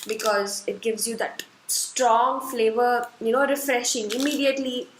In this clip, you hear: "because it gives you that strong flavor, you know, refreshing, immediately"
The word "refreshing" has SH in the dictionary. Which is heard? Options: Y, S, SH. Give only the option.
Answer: SH